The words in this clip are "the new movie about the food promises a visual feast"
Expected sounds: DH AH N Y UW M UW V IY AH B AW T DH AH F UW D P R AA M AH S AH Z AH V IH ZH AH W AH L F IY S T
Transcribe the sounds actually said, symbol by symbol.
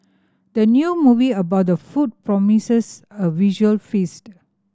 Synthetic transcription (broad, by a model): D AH N Y UW M UW V IY AH B AW T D AH F UW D P R AA M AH S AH S AH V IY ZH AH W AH L F IY S T